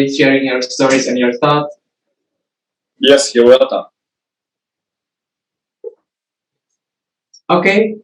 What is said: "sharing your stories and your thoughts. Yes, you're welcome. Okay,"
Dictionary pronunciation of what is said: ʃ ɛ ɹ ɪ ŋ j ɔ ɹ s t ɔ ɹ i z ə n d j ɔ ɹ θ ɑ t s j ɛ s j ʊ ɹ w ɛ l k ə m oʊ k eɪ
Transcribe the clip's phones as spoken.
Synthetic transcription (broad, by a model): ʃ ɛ ɹ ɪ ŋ j ɔ ɹ s t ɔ ɹ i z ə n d j ɔ ɹ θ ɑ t j ɛ s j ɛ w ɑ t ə oʊ k eɪ